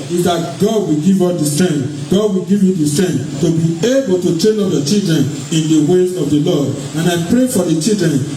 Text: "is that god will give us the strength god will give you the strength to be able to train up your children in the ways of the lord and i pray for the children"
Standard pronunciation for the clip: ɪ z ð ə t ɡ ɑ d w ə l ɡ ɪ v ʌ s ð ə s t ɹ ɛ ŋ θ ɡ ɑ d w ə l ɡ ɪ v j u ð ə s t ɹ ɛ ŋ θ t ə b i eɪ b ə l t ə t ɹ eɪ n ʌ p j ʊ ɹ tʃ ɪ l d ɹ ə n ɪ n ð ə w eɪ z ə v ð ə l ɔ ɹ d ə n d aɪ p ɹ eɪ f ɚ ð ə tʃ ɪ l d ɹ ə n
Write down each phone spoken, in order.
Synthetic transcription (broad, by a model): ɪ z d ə t ɡ ɑ d w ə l ɡ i v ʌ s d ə s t ɹ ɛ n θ ɡ ɑ d w ə l ɡ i v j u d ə s t ɹ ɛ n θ t ə b i eɪ b ə l t ə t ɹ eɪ l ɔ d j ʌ tʃ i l d ɹ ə n ɪ n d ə w eɪ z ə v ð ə l ɔ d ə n aɪ p ɹ eɪ f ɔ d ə tʃ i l d ɹ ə n